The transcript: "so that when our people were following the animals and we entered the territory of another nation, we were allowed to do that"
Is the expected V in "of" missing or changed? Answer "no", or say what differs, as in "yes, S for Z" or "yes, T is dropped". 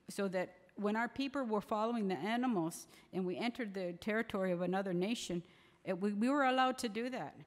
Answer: no